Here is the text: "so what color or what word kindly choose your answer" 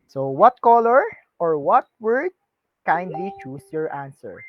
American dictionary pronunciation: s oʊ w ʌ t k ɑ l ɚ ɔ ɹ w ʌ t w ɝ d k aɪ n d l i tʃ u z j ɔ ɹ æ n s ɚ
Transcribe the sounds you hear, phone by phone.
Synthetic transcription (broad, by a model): s oʊ w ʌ t k ɑ l ɚ ɔ ɹ w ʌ t w ɝ d k aɪ n d l i tʃ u s j ɔ ɹ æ n s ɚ